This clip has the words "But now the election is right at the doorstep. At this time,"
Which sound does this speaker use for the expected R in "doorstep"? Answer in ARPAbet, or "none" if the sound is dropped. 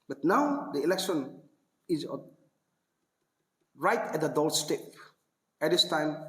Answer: L